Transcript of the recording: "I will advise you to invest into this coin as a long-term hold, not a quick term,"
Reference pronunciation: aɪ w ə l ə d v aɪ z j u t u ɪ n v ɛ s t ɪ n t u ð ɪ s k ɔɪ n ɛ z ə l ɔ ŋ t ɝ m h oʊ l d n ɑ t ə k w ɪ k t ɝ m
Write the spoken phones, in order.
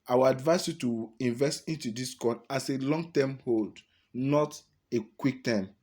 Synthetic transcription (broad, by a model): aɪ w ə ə d v aɪ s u t u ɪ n v ɛ s t ɪ n t u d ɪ s k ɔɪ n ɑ s ə l ɔ ŋ t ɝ m h oʊ l d n ɑ t ə k w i k t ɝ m